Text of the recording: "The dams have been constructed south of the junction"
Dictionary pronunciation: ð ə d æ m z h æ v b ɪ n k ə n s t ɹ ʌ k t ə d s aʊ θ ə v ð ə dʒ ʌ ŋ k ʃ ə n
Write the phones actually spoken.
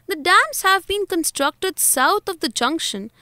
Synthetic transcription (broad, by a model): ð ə d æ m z h æ v b ɪ n k ə n s t ɹ ʌ k t ə d s aʊ t ə v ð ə dʒ ʌ ŋ k ʃ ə n